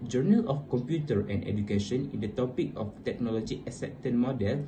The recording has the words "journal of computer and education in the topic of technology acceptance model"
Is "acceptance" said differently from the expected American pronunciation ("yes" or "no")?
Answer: yes